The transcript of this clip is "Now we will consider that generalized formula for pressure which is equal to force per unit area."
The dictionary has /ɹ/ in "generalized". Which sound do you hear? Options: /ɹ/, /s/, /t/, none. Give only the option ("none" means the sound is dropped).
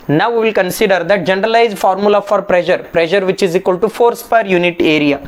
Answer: /ɹ/